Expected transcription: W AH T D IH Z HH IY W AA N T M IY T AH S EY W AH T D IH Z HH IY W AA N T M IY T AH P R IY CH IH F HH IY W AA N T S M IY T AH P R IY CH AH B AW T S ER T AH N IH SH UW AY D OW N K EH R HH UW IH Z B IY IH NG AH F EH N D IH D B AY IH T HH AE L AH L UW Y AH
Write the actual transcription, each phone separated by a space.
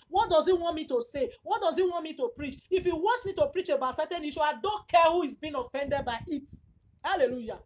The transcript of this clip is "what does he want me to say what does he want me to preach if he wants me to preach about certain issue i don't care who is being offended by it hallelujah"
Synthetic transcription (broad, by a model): W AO T D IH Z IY W AA N T M IY T AH S EY W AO T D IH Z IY W AA N T M IY T AH P R IY CH IH F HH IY W AA N T S M IY T AH P R IY CH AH B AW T S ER T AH N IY SH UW AY D OW N K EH HH UW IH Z B IY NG AH F EH N D IH D B AY IH T HH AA L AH L UW Y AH